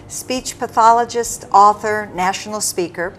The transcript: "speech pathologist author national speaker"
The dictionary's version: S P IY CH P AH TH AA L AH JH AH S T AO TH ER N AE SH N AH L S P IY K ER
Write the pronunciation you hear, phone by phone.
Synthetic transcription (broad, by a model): S P IY CH P AH TH AA L AH JH AH S T AO TH ER N AE SH N L S P IY K ER